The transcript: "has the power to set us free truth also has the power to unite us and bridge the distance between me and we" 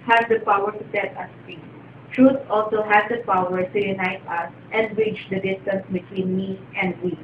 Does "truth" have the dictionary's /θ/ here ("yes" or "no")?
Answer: no